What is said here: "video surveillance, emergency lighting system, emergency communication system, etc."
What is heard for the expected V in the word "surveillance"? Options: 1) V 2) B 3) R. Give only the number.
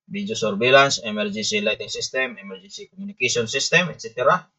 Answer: 2